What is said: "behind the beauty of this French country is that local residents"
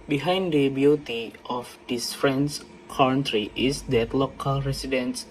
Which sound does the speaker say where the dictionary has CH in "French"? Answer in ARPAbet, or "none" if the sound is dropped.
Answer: S